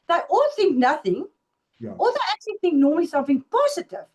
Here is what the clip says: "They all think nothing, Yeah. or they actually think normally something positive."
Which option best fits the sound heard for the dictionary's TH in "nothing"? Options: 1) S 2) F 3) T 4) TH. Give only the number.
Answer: 4